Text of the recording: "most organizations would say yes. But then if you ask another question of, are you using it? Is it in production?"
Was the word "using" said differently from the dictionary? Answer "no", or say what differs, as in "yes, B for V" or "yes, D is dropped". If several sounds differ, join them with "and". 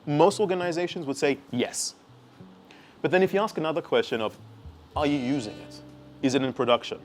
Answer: no